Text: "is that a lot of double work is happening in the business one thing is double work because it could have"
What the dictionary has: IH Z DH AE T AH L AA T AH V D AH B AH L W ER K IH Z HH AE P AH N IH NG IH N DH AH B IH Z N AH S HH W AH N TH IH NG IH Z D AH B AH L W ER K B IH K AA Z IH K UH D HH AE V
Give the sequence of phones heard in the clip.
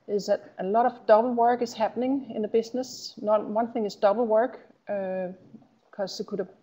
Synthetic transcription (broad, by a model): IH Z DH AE T AH L AA T AH V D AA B L W ER K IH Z HH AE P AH N IH NG IH N DH AH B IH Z N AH S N W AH N TH IH NG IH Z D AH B L W ER K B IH K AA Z IH K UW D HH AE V